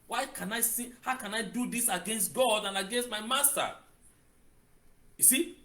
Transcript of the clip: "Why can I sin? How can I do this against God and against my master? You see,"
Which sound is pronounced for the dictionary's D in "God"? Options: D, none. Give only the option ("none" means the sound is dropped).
D